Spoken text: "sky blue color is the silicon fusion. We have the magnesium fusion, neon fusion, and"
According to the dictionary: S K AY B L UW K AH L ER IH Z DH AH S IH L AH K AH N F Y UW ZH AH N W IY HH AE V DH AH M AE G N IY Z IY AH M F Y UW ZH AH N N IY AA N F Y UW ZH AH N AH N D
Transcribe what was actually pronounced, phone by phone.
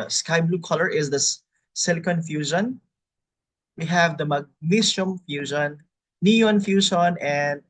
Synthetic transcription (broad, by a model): S K AY B L UW K AH L ER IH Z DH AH S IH L K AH N F Y UW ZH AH N W IY HH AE V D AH M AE G N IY S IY M F Y UW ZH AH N N IY AA N F Y UW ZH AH N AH N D